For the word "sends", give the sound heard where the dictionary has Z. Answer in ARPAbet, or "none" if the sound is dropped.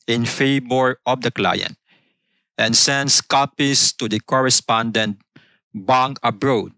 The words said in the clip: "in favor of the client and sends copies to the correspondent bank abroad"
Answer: S